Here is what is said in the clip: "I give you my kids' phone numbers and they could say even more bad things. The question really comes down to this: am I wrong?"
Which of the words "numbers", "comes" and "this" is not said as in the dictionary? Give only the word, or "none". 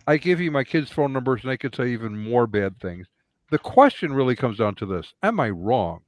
none